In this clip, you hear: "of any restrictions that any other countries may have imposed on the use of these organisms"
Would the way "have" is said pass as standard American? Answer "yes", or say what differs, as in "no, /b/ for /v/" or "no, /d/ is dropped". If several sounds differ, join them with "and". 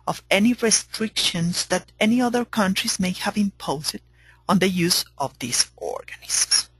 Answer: yes